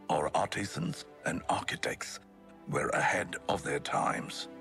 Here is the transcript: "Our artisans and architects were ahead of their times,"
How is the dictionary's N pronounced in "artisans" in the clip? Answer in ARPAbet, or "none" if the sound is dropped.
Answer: N